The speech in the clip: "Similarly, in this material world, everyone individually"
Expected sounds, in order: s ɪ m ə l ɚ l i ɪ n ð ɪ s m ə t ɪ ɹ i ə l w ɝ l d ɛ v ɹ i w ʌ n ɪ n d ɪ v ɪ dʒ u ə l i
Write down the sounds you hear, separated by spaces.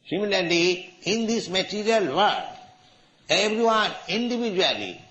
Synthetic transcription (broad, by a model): s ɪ m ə l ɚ l i ɪ n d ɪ s m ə t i ɹ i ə l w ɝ d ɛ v ɹ i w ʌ n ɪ n d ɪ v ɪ dʒ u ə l i